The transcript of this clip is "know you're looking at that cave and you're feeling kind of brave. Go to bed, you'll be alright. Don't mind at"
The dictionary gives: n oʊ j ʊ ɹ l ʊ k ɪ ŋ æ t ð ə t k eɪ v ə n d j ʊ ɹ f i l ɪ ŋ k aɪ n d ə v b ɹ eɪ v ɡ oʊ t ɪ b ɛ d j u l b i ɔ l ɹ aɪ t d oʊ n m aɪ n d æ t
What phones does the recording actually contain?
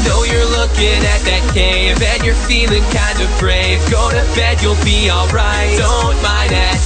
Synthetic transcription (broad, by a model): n oʊ j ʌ ɹ l ʊ k ɪ ŋ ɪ t ð ə t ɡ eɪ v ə n j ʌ ɹ f i l ɪ ŋ k aɪ n d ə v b ɹ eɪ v ɡ oʊ t ɪ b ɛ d j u l b i ɔ l ɹ aɪ t d oʊ n m aɪ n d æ t